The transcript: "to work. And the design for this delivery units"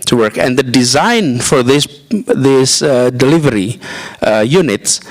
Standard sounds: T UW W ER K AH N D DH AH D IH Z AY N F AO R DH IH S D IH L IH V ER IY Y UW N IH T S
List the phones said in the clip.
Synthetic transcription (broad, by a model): T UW W ER K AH N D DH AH D IH Z AY N F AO R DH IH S D IH L IH V ER IY Y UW N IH T S